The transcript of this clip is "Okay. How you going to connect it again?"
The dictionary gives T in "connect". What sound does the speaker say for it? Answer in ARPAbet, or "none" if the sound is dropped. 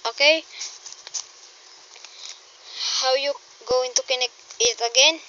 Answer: none